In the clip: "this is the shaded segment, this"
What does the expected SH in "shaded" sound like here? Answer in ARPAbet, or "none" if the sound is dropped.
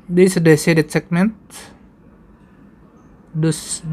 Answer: S